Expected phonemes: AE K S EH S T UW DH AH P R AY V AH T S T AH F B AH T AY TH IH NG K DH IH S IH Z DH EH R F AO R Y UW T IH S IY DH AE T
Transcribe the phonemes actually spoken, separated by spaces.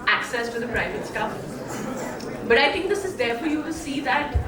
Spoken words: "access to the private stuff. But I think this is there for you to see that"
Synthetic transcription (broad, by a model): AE K S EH S T UW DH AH P R AY V AH T S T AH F B AH T AY T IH NG K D IH S IH Z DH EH R F AO R Y UW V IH S IY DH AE T